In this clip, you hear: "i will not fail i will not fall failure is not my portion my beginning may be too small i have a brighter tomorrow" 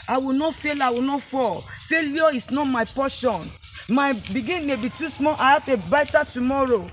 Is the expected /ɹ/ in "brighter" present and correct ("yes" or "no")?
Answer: no